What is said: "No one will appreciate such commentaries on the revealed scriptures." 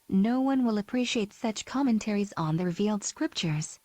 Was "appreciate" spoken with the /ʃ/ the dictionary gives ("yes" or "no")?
yes